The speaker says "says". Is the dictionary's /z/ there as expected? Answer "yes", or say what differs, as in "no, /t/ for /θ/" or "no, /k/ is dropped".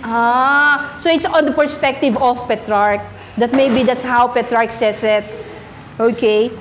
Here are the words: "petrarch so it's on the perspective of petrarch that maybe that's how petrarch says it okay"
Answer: no, /s/ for /z/